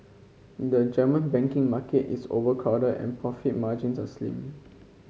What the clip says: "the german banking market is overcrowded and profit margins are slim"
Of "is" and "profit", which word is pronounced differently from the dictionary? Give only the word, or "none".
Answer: is